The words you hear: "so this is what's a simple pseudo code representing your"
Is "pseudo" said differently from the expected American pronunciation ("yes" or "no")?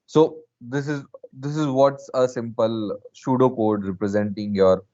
yes